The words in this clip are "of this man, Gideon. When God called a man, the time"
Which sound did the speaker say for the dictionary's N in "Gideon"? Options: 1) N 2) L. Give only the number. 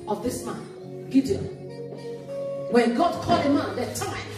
2